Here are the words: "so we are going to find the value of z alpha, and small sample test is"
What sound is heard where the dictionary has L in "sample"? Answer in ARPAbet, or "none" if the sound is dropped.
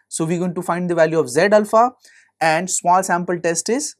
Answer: L